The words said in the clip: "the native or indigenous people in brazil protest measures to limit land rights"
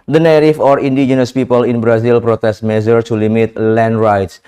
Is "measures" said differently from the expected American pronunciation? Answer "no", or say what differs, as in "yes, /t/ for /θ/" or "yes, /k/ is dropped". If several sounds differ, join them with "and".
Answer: yes, /z/ is dropped